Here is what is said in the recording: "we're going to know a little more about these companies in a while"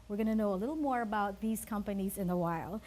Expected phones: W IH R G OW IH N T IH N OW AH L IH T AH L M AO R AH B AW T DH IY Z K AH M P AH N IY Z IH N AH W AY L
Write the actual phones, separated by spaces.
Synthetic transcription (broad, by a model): W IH R G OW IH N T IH N OW AH L IH T L M AO R AH B AW T DH IY Z K AH M P AH N IY Z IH N AH W AY L